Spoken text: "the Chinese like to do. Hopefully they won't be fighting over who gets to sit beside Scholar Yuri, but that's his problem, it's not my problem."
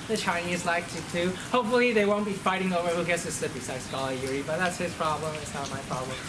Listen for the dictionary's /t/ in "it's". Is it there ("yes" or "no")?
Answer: yes